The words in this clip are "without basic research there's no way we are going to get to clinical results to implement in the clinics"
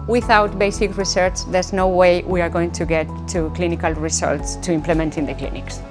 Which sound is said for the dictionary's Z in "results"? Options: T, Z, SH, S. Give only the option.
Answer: S